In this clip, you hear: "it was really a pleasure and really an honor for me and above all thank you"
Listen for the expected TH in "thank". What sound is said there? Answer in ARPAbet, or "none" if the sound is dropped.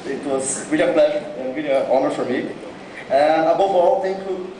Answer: T